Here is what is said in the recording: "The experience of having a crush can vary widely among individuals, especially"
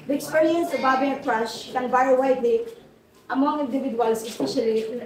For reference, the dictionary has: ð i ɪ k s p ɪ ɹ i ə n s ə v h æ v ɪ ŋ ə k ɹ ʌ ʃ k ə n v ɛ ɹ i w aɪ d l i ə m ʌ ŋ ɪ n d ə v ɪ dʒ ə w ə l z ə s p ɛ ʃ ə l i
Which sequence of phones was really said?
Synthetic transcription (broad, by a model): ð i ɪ k s p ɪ ɹ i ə n s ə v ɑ b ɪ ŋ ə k ɹ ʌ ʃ k ə n b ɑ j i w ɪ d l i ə m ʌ ŋ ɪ n d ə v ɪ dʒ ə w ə l s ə s p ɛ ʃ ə l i